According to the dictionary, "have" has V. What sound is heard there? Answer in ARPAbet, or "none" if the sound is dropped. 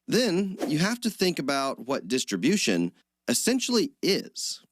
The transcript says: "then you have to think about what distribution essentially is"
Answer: F